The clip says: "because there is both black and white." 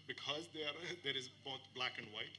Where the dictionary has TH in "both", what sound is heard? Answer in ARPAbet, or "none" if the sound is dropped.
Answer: TH